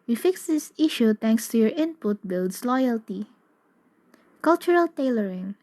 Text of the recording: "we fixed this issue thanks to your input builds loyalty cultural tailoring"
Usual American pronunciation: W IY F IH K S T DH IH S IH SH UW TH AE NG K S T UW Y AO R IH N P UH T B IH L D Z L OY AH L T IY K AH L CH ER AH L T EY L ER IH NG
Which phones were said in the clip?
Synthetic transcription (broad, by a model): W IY F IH K S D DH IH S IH SH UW T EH NG K S T UW Y AO R IH N P UH T B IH L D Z L OY AH L T IY K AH L CH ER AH L T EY L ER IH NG